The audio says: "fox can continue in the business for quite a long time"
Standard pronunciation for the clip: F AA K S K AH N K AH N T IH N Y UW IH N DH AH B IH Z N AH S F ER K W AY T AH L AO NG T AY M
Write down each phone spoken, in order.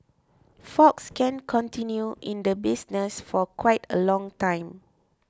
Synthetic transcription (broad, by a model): F AA K S K AH N K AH N T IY N Y UW IH N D AH B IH S N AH S F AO K W AY T AH L AO NG T AY M